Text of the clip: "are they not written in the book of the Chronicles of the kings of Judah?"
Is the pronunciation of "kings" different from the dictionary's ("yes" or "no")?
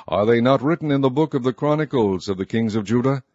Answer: no